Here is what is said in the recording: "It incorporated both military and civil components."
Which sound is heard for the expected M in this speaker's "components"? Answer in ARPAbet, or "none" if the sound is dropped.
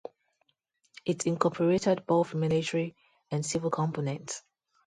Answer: M